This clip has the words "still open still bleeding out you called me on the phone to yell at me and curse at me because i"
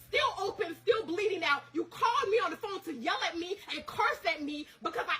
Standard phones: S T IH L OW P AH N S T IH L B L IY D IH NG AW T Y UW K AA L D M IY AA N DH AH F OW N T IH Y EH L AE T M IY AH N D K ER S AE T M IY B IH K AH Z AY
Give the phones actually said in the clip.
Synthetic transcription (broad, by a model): S T IH L OW P AH N S T IH L B L IY D IH NG AW T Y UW K AA L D M IY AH N DH AH F OW N T IH Y EH L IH T M IY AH N K ER S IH T M IY B IH K AH Z AY